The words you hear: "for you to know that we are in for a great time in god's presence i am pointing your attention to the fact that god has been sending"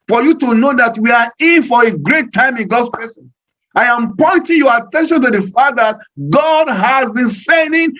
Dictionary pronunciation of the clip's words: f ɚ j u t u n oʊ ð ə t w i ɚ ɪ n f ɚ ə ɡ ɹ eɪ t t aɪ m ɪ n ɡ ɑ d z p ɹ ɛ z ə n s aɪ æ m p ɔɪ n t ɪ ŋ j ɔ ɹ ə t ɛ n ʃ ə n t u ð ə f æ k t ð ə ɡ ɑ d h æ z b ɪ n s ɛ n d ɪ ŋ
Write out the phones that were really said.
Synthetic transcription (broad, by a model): f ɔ j u t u n oʊ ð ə t w i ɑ ɪ n f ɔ ə ɡ ɹ eɪ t t aɪ m ɪ n ɡ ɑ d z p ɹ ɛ s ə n aɪ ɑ m p ɔɪ n t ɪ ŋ j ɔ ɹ ə t ɛ n ʃ ə n t u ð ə f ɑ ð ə ɡ ɑ d h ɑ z b ɪ n s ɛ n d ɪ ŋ